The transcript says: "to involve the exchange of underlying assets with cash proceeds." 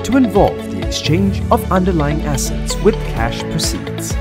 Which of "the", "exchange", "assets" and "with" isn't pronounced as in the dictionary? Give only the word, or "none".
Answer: none